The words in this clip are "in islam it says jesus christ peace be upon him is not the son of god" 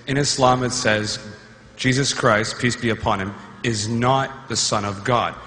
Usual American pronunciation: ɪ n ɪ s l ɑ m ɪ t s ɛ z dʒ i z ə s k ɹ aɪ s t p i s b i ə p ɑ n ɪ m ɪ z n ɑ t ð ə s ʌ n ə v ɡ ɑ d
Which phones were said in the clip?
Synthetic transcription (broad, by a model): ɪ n ɪ s l ɑ m ɪ t s ɛ z dʒ i z ə s k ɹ aɪ s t p i s b i ə p ɑ n ɪ m ɪ z n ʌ t ð ə s ʌ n ə v ɡ ɑ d